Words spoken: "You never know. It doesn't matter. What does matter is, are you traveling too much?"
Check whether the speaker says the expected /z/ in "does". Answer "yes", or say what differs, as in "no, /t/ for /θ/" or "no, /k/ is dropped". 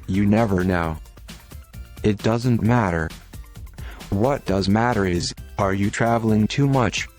yes